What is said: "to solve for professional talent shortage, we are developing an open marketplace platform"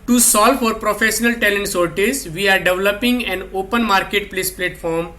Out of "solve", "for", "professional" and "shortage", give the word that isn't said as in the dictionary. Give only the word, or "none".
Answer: shortage